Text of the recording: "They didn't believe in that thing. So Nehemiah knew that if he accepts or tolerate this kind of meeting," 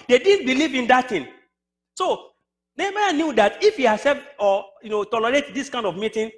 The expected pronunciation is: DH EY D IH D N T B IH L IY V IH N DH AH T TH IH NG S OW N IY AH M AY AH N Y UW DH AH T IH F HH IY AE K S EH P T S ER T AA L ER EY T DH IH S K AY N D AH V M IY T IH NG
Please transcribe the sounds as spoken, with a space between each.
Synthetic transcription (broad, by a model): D EY D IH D N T B IH L IY V IH N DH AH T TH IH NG S OW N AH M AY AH N Y UW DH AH T IH F HH IY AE S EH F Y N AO T AA L ER EY T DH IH S K AY N D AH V M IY T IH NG